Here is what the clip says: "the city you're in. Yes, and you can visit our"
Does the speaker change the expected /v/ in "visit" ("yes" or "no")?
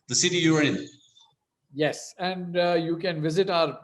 no